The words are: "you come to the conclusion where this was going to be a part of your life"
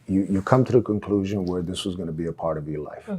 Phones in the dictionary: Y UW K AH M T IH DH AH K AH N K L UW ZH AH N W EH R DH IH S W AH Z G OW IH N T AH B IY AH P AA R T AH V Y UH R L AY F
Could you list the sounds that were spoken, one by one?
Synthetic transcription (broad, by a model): Y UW K AH M T IH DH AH K AH N K L UW ZH AH N W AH R DH IH S W AH Z G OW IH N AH B IY AH P AA R T AH V Y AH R L AY F